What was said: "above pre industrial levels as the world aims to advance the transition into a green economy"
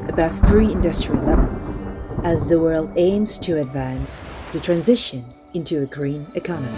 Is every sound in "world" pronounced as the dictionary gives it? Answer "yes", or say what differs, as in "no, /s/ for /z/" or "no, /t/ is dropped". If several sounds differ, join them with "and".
yes